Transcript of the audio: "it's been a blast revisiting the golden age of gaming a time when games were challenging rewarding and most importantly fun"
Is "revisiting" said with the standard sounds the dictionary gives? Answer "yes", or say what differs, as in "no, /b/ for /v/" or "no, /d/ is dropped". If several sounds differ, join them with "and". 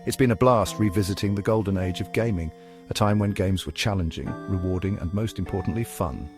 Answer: yes